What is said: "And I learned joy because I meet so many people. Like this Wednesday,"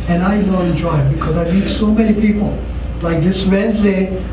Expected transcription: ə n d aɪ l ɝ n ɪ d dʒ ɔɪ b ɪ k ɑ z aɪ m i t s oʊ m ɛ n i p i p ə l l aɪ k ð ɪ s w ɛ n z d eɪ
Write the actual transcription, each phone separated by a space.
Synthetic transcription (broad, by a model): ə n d aɪ n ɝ ɪ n dʒ ɔɪ b ɪ k ɑ z aɪ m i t s oʊ m ɛ n i p i p ə l l aɪ k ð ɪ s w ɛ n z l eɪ